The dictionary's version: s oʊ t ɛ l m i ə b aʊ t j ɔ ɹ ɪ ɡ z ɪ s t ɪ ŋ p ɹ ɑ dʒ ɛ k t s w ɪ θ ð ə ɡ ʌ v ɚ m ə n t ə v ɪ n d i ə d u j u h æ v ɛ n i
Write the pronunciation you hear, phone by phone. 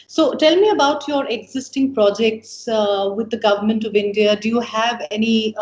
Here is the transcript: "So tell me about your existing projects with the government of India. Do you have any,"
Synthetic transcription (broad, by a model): s oʊ t ɛ l m i ə b aʊ t j ɔ ɹ ɪ ɡ z ɪ s t ɪ ŋ p ɹ ɑ dʒ ɛ k t s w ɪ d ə ɡ ʌ v ɚ m ə n t ə v ɪ n d i ə d u j u h æ v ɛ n i